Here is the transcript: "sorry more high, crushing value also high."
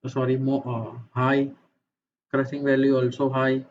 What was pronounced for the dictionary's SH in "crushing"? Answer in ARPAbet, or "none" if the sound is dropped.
S